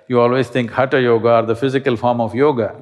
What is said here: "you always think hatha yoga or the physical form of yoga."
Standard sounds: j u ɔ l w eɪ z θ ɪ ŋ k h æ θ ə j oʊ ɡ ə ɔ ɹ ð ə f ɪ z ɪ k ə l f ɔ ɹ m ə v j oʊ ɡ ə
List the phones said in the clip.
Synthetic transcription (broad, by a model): j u ɔ l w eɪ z t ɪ ŋ k h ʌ t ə j oʊ ɡ ə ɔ ɹ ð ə f ɪ z ɪ k ə l f ɔ ɹ m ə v j oʊ ɡ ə